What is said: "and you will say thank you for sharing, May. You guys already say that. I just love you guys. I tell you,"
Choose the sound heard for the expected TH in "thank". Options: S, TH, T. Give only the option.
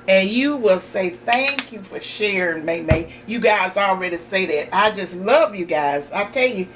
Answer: TH